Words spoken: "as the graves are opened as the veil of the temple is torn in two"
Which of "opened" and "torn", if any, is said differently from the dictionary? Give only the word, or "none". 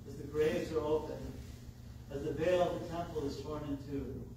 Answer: opened